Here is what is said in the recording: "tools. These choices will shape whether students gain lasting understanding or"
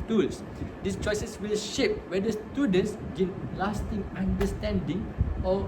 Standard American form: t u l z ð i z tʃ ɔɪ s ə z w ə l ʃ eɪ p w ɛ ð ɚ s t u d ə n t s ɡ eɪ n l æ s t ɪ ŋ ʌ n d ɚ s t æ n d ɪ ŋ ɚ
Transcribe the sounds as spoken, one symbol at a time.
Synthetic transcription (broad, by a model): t u l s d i s tʃ ɔɪ s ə s w ə l ʃ eɪ p w ɛ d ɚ s t u d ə n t s ɡ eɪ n l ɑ s t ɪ ŋ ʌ n d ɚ s t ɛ n d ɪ ŋ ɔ